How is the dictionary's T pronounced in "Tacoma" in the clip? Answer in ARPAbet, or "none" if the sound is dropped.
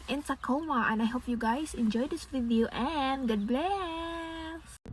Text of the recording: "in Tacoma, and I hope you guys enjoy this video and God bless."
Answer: S